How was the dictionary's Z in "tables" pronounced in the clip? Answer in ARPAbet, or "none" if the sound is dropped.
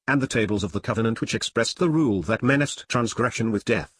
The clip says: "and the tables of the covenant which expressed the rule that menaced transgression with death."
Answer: Z